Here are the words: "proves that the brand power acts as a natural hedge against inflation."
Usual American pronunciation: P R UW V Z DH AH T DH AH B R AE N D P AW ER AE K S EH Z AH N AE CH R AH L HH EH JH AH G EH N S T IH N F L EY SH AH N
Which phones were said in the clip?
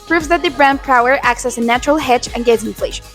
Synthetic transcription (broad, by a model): P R UW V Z DH AH T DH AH B R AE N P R AW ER AE K S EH S AH N AE CH R AH L HH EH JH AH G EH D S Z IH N F L EY SH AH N